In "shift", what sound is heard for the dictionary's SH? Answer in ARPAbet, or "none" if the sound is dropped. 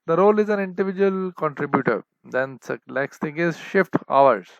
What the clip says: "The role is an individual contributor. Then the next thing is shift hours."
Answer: SH